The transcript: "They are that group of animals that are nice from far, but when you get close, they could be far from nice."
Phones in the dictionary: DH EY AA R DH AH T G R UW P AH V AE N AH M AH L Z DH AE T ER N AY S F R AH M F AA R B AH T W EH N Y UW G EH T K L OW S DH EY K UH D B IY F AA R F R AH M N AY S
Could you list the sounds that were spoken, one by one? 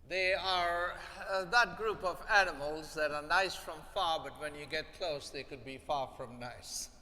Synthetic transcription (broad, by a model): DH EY AA R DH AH T G R UW P AH V AE N AH M AH L Z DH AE T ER N AY S F R AH M F AA R B AH T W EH N Y UW G EH T K L OW S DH EY K UH D B IY F AA R F R AH M N AY S